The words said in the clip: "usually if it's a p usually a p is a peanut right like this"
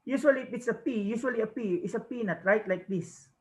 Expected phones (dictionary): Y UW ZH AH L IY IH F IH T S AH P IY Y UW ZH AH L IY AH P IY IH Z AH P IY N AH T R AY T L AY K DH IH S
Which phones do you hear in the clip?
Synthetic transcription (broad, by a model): Y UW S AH L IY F IH T S AH P IY Y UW S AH L IY AH P IY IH S AH P IY N AH T R AY T L AY K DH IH S